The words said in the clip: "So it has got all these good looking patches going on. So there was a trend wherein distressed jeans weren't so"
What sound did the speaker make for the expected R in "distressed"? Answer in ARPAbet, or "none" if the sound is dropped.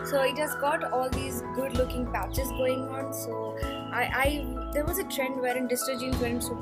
none